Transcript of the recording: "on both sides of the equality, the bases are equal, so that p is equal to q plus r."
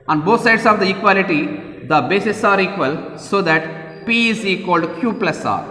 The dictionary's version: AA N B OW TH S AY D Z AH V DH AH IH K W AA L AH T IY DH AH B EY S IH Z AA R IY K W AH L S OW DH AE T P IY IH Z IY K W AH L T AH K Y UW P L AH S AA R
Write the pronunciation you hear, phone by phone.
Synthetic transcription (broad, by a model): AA N B OW T S AY D S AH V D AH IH K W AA L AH T IY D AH B EY S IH S AA R IY K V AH L S OW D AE T P IY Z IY K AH L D K Y UW P L AH S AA R